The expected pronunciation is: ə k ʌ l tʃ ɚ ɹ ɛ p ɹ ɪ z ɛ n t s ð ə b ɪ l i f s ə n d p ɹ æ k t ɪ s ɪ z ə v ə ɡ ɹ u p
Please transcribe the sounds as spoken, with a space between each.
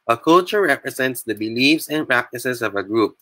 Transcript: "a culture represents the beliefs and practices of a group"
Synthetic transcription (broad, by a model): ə k ʌ l tʃ ɚ ɹ ɛ p ɹ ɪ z ɛ n t s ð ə b ɪ l i f s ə n p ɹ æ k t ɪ s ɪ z ə v ə ɡ ɹ u p